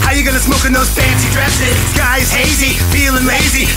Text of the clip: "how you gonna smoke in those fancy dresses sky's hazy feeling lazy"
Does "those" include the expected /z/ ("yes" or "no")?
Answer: yes